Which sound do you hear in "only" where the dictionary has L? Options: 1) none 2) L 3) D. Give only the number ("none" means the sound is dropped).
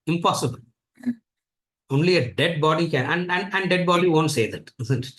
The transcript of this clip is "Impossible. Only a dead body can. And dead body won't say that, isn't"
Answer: 2